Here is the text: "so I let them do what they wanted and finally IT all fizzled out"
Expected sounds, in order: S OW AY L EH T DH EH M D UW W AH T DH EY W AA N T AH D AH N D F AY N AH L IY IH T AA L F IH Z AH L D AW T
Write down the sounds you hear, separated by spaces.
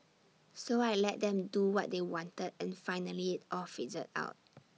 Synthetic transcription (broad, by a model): S OW AY L EH T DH EH M D UW W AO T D EY W AA N T AH D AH N F AY N AH L IY IH T AA L F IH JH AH D AW T